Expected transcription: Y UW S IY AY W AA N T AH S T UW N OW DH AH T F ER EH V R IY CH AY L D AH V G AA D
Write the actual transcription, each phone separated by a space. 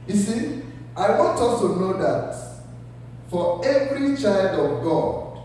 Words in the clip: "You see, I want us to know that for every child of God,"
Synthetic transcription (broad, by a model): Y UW S IY AY W AA N T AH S T UW N OW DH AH T F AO EH V R IY CH AY L D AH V G AA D